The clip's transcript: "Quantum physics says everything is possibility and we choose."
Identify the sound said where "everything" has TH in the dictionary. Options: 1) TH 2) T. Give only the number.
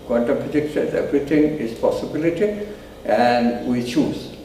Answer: 2